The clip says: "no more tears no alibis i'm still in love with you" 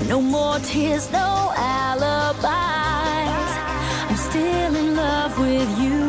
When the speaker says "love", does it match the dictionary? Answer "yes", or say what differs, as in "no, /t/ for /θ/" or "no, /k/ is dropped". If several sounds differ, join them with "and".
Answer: yes